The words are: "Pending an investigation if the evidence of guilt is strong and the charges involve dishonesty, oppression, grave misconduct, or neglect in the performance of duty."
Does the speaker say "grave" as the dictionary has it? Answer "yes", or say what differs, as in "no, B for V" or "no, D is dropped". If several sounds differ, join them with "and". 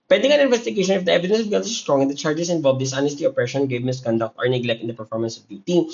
no, R is dropped